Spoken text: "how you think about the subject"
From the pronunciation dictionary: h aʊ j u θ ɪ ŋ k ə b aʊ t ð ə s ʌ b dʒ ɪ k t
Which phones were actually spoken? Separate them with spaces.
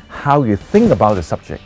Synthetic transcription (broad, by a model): h aʊ j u θ ɪ ŋ k ə b aʊ t ð ə s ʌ b dʒ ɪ k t